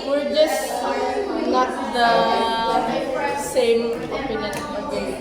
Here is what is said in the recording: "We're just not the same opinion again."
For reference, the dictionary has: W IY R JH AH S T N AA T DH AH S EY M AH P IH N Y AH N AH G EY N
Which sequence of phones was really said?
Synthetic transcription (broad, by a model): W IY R JH AH S T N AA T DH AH S EY M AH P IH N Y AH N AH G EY